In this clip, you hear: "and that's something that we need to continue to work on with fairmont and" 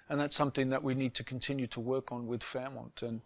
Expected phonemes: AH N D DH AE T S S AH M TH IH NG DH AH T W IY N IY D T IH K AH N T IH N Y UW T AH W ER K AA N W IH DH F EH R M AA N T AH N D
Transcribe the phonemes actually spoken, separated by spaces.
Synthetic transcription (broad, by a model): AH N DH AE T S S AH M TH IH NG DH AH T W IY N IY D T IH K N T IH N Y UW T AH W ER K N W IH DH F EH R M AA N T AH N